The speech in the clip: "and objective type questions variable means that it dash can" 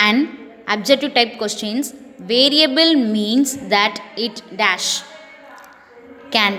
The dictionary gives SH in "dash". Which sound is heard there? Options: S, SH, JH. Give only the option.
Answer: SH